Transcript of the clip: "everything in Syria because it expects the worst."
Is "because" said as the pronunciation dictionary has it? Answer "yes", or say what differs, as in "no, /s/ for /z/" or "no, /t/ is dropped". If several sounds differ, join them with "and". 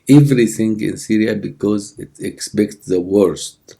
yes